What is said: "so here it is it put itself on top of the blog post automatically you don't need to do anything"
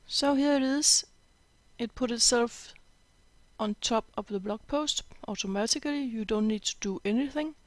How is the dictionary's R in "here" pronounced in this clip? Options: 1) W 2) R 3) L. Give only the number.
3